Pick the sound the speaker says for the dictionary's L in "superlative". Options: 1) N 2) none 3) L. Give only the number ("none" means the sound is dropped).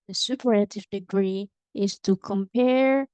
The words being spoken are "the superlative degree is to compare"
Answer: 2